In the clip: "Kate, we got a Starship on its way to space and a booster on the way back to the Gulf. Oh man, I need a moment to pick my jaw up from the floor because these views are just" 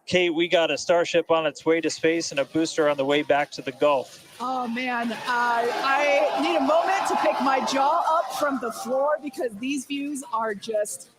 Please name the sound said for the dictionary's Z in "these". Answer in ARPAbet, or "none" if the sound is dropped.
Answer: Z